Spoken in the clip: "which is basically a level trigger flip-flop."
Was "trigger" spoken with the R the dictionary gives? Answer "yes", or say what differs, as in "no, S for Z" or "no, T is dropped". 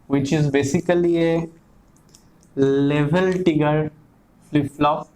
no, R is dropped